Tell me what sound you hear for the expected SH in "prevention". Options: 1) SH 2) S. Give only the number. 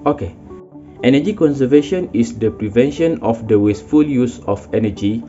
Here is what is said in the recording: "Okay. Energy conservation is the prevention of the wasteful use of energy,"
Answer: 1